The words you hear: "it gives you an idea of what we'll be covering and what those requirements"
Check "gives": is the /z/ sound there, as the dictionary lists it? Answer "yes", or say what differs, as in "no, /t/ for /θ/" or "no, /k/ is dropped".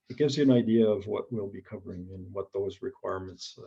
yes